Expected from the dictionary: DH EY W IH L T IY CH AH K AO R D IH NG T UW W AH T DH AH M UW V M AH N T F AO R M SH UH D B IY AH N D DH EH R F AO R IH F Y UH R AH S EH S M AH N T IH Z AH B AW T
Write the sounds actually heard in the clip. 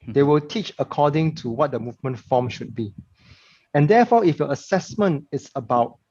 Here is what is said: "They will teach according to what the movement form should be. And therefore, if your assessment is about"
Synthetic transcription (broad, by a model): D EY W IH L T IY CH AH K AO D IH NG T UW W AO T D AH M UW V M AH N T F AO M SH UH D B IY AH N D EH F AO IH F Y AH AH S EH S M AH N T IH S AH B AW T